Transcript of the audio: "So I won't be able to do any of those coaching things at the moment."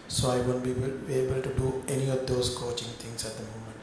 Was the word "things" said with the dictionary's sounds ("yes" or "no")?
no